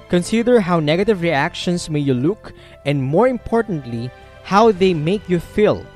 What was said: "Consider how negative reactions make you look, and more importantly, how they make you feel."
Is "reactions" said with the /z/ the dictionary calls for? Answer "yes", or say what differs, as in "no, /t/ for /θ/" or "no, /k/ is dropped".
no, /s/ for /z/